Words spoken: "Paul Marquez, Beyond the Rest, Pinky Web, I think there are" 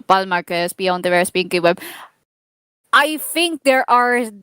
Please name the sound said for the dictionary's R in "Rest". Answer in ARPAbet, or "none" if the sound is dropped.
W